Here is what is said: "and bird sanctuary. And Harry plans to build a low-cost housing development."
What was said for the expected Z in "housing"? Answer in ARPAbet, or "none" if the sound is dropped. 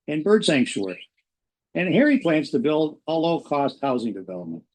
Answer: Z